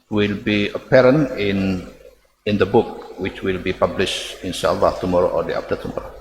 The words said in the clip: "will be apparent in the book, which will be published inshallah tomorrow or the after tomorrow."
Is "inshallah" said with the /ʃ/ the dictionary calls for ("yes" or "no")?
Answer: no